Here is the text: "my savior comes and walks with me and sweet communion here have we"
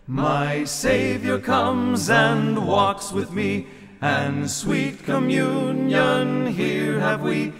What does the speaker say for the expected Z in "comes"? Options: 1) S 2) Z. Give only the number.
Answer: 2